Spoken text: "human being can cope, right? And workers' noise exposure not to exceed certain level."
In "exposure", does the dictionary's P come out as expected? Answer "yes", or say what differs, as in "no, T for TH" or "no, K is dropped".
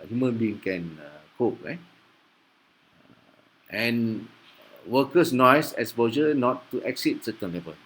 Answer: no, B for P